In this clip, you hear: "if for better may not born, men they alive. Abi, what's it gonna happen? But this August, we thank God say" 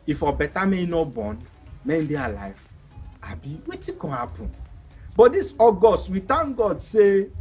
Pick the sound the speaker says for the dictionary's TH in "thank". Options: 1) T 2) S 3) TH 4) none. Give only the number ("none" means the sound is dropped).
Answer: 1